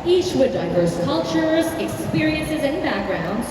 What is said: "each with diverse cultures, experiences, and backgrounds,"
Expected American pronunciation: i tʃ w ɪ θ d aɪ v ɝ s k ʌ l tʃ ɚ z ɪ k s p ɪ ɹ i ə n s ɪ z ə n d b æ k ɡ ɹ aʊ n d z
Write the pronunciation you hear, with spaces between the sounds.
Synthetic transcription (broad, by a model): i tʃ w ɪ d aɪ v ɝ s k ʌ l tʃ ɚ z ɪ k s p ɪ ɹ i ə n s ɪ z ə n b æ k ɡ ɹ aʊ n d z